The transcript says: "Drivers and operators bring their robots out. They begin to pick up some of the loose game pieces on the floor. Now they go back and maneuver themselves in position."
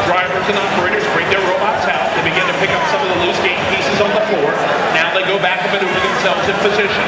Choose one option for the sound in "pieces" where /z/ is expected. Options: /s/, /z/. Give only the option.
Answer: /z/